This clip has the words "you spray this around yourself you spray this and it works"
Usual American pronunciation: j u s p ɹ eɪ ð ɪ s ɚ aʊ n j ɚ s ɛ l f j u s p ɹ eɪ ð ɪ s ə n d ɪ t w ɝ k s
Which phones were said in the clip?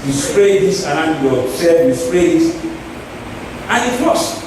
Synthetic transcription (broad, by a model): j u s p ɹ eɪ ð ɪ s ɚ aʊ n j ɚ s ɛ f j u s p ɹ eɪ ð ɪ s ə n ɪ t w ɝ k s